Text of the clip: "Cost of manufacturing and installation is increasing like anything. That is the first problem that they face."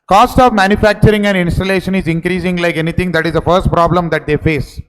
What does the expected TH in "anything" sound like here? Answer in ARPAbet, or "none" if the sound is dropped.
T